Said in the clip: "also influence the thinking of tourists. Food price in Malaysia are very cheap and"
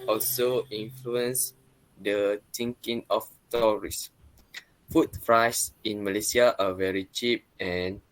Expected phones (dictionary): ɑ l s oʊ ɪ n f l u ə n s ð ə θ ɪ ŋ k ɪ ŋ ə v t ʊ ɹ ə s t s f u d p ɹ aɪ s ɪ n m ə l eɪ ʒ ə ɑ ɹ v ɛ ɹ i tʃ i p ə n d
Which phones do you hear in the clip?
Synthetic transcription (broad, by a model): ɑ l s oʊ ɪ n f l u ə n s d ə t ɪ ŋ k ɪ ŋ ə f t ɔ ɹ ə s s f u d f ɹ aɪ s ɪ n m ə l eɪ s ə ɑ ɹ v ɛ ɹ i tʃ i p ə n